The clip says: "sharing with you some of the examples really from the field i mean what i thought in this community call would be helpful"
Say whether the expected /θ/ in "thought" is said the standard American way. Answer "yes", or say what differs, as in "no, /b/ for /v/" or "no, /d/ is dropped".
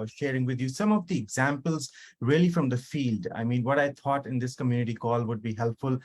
no, /t/ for /θ/